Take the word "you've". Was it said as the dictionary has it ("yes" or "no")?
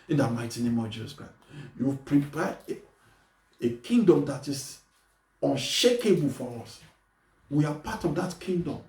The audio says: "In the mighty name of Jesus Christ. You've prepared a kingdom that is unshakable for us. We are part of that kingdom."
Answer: no